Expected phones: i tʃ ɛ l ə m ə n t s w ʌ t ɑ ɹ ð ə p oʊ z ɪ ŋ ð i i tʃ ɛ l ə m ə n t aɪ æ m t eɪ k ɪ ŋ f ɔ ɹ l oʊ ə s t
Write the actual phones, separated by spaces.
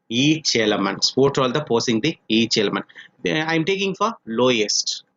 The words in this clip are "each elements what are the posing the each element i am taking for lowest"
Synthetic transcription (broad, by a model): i tʃ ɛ l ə m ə n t s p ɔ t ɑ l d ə p oʊ s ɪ ŋ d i i tʃ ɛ l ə m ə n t aɪ m t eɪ k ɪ ŋ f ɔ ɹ l oʊ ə s t